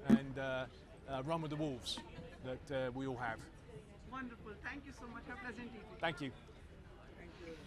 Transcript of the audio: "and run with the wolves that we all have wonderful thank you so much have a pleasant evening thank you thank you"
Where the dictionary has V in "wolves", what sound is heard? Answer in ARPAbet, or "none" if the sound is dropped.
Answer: V